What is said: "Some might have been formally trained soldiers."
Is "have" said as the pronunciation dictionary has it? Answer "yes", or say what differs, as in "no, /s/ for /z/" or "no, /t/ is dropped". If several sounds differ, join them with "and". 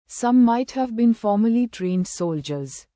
yes